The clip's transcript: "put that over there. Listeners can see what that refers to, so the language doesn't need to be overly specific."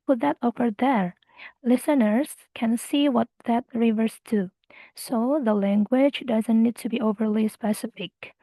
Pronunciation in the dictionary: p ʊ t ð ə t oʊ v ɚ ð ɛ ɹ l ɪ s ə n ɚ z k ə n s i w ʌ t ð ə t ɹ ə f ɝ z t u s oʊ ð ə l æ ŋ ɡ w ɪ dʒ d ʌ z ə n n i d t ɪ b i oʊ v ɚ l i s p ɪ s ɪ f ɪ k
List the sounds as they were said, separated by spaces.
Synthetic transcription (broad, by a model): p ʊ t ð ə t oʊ f ɚ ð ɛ ɹ l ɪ s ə n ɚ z k ə n s i w ʌ t ð ə t ɹ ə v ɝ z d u s oʊ ð ə l æ ŋ ɡ w ɪ dʒ d ʌ z ə n n i d t ɪ b i oʊ v ɚ l i s p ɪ s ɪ f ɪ k